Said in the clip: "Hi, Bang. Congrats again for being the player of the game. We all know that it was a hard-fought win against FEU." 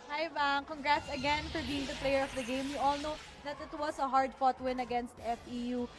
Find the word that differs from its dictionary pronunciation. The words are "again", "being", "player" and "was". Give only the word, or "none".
was